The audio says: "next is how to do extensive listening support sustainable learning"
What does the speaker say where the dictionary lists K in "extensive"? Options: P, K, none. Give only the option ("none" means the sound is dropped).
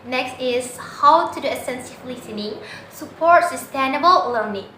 none